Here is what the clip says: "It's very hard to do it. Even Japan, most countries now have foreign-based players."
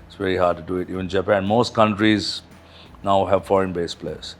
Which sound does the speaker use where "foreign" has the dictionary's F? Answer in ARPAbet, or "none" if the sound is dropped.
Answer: F